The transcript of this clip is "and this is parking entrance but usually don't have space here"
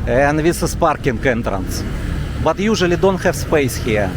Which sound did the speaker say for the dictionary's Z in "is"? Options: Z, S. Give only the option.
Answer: S